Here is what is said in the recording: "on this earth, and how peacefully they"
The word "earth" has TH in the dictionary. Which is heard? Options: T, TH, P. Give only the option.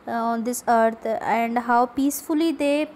T